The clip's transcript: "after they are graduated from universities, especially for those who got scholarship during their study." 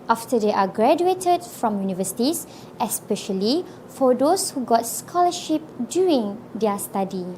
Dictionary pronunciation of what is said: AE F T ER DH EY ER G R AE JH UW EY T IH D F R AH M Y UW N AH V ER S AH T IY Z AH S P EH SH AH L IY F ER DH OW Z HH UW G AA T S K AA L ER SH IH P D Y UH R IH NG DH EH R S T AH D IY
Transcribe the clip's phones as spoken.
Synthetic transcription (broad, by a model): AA F T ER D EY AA G R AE JH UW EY T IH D F R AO M Y UW N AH V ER S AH T IY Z AH S P EH SH AH L IY F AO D OW S HH UW G AA T S K AA L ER SH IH P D Y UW R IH NG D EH S T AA D IY